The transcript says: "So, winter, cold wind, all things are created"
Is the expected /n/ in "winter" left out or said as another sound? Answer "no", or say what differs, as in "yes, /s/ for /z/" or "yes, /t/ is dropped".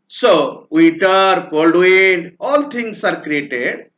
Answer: yes, /n/ is dropped